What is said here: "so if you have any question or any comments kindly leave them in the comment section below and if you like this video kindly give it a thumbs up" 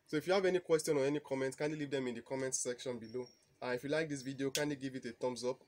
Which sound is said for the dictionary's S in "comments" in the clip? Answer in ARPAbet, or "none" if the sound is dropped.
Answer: none